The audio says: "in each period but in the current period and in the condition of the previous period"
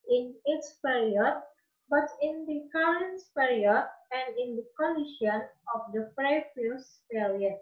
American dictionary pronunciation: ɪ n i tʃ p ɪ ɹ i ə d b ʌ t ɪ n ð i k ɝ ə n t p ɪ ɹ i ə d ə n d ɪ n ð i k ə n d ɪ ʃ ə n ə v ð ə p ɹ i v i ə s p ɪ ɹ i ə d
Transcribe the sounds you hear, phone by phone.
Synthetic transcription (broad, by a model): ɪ n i s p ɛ ɹ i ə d b ʌ t ɪ n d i k ɝ ə n t p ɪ ɹ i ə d ə n d ɪ n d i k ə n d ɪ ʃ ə n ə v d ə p ɹ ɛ p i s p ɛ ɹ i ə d